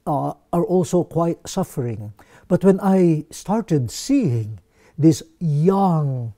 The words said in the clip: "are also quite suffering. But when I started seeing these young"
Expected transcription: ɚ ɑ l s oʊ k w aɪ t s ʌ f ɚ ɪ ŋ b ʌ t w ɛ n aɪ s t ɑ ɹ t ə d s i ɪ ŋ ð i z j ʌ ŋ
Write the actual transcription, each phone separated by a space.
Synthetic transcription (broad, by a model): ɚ ɑ l s oʊ k w aɪ t s ʌ f ɚ ɪ ŋ b ʌ t w ɛ n aɪ s t ɑ ɹ t ə d s i ɪ ŋ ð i s j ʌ ŋ